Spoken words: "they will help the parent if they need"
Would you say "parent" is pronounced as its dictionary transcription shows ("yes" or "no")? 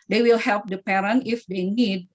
no